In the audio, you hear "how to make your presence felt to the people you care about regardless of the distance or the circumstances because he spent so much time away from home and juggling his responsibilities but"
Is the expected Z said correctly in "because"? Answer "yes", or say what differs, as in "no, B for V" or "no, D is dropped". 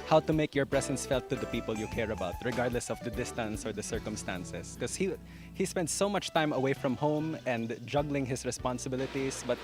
no, Z is dropped